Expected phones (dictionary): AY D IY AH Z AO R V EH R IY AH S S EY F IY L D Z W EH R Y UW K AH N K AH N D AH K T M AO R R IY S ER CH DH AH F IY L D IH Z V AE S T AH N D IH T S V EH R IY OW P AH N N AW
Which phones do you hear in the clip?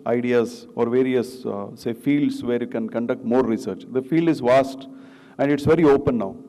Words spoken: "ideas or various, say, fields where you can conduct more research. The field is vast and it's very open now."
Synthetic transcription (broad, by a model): AY D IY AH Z AO R V EH R IY AH S S EY F IY L D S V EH R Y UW K AH N K AH N D AH K T M AO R R IY S ER CH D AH F IY L D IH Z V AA S T AH N D IH T S V EH R IY OW P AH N N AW